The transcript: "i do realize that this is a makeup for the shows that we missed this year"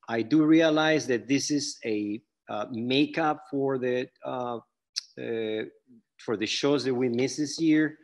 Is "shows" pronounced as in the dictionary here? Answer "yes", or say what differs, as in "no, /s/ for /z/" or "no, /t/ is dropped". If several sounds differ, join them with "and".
yes